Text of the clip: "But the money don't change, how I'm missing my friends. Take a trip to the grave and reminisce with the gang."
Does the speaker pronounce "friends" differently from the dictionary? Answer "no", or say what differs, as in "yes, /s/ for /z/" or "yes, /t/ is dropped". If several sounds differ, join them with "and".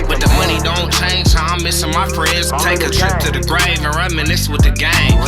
no